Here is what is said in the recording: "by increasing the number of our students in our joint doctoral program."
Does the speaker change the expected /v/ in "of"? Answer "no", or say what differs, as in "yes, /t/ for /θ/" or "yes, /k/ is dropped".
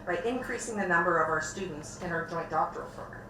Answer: no